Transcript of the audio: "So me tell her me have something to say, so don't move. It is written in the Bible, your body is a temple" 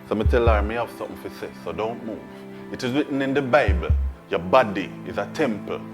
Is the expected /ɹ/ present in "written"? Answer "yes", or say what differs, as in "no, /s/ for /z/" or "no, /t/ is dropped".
no, /w/ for /ɹ/